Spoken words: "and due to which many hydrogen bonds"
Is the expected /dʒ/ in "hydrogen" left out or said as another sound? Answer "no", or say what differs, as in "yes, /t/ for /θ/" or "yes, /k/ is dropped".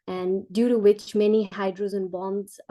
yes, /z/ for /dʒ/